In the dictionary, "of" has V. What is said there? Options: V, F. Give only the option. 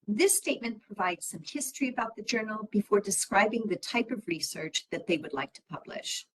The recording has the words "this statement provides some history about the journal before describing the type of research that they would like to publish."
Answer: V